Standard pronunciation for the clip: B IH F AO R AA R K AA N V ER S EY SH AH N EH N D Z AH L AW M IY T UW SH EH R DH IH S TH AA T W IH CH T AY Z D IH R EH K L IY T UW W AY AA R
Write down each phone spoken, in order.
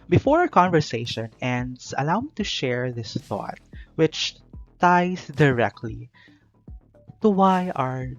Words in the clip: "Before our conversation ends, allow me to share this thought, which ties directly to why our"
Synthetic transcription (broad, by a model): B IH F AO R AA K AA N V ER S EY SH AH N EH N D S AH L AW M IY T UW SH EH R DH IH S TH AA T W IH CH T AY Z D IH R EH K L IY T UW W AY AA R